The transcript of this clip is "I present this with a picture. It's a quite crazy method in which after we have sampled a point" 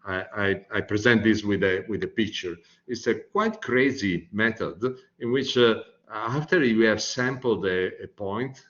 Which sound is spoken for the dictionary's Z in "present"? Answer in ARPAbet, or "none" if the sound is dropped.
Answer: Z